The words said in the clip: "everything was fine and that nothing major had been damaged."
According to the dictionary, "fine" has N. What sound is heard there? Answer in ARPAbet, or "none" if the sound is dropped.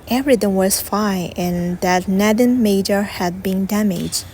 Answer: none